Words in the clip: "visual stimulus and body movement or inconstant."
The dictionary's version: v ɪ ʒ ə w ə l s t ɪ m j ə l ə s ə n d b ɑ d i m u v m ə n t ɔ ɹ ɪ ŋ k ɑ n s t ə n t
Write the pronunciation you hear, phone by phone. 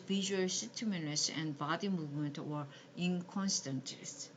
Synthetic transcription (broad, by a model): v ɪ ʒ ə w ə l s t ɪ m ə n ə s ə n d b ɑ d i m u v m ə n t ɔ ɹ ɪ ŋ k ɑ n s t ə n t